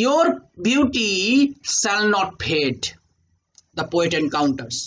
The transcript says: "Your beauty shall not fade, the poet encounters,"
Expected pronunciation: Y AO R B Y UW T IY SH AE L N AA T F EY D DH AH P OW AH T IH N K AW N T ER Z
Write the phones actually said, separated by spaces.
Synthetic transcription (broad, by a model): Y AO R B Y UW T IY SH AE L N AA T P EY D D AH P OW AH T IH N K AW N T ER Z